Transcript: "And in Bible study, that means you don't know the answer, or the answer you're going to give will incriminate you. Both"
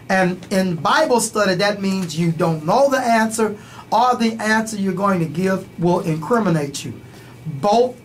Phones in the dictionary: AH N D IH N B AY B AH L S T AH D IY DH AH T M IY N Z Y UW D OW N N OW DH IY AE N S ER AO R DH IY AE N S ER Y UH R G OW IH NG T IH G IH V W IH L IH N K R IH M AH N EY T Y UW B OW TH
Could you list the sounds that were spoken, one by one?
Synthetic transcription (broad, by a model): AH N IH N B AY B L S T AH D IY DH AH T M IY N Z Y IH D OW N N OW DH IY AE N S ER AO L DH IY AE N S ER Y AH R G OW IH NG T IH G IH V W IH L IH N K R IH M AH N EY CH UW B OW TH